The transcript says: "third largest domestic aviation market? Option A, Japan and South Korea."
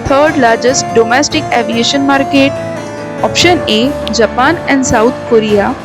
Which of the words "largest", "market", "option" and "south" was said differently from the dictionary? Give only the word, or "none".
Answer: south